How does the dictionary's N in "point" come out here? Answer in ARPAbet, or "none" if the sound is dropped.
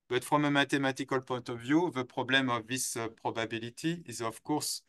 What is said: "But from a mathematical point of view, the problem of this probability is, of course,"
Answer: none